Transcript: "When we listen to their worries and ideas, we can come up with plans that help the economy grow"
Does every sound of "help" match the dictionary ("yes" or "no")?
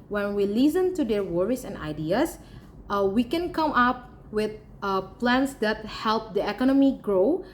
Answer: yes